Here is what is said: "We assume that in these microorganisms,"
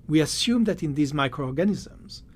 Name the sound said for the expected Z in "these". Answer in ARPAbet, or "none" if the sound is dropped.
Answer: Z